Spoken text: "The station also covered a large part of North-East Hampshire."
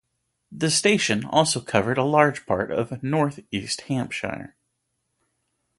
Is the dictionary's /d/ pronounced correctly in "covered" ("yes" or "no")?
yes